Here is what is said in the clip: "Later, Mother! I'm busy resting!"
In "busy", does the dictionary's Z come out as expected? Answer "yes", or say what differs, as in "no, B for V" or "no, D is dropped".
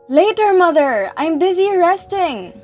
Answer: yes